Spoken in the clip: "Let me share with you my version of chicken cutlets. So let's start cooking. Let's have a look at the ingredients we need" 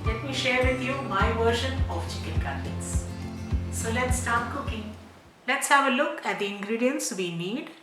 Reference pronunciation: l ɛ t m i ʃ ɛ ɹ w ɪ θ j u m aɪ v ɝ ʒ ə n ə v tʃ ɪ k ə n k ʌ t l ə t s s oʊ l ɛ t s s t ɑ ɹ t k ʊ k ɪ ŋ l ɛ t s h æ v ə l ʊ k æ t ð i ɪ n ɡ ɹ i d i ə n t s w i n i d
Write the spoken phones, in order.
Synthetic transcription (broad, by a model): l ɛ t m i ʃ ɛ ɹ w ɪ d j u m aɪ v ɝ ʃ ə n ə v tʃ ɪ k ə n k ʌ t ə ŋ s s oʊ l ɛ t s s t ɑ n k ʊ k ɪ ŋ l ɛ t s h æ v ə l ʊ k æ t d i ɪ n ɡ ɹ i d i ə n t s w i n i d